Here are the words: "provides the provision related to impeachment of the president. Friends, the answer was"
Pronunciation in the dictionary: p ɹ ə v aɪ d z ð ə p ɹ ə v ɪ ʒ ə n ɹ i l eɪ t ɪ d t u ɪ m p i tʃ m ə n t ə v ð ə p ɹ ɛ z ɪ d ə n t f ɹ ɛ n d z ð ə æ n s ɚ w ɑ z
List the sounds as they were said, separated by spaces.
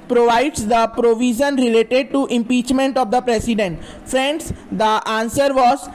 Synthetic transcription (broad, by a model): p ɹ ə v aɪ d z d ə p ɹ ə v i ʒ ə n ɹ i l eɪ t ɪ d t u ɪ m p i tʃ m ə n t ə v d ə p ɹ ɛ s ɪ d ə n t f ɹ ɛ n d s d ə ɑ n s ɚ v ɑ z